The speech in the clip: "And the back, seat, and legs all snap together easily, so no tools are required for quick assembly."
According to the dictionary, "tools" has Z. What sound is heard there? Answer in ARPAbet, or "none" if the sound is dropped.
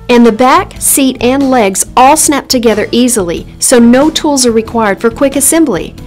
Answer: Z